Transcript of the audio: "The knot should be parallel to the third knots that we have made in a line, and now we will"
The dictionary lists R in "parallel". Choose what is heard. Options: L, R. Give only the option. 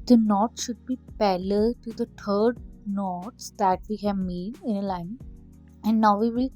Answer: L